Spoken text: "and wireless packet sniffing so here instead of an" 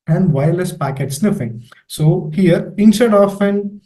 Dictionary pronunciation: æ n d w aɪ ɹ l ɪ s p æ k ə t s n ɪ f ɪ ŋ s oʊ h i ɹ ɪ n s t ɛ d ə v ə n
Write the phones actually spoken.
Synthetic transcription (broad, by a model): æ n d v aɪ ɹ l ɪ s p æ k ə t s n ɪ f ɪ ŋ s oʊ h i ɹ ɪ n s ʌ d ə f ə n